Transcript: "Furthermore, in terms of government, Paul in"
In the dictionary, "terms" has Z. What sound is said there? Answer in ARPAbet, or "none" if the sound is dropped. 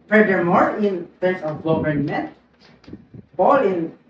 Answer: S